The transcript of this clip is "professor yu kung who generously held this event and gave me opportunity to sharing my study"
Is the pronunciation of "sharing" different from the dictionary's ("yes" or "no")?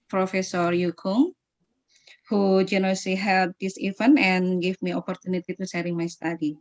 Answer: yes